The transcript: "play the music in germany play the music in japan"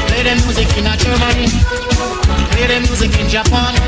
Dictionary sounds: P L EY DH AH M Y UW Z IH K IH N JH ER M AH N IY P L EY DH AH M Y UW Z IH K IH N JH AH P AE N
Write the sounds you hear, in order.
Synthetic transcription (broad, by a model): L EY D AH M Y UW Z IH K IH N CH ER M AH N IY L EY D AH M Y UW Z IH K IH N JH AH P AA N